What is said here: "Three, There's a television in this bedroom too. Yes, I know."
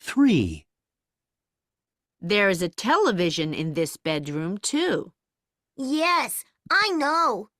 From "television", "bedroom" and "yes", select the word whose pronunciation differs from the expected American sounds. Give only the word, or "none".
none